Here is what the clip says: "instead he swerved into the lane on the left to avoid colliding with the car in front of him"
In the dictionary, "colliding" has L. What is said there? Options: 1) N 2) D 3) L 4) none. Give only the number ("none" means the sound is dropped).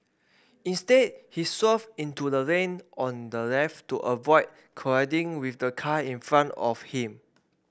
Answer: 4